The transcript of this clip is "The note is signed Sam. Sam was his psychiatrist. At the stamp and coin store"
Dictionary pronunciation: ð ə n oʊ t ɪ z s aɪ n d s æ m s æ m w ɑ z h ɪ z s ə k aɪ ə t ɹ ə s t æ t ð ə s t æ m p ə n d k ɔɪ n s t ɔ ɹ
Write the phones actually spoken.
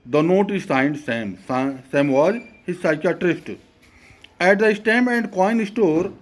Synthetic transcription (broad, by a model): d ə n oʊ t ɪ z s aɪ n d s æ m s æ m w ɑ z h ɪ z s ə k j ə t ɹ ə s t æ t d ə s t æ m ə n d k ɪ n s t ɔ ɹ